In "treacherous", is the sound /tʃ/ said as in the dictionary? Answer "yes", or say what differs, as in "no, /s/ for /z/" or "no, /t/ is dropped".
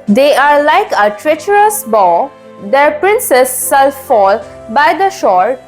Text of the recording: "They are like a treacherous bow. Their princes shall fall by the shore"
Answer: yes